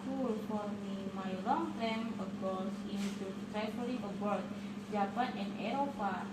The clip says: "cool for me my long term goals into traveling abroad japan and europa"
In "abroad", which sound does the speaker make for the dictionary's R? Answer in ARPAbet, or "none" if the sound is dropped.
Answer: none